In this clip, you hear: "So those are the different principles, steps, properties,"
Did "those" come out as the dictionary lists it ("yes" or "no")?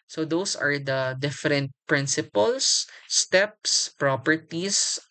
no